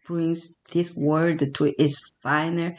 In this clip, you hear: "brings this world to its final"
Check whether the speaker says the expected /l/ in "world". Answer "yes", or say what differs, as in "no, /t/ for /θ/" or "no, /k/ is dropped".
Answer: no, /l/ is dropped